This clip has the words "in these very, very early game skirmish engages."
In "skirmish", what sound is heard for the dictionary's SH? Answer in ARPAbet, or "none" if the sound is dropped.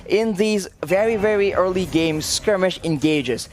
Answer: SH